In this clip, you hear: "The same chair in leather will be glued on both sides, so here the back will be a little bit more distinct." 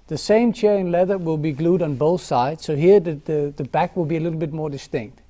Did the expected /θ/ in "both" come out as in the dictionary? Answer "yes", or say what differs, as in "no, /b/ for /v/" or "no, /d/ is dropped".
yes